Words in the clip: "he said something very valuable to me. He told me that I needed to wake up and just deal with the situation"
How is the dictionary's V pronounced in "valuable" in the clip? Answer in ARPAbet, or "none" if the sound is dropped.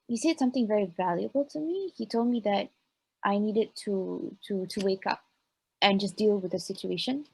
V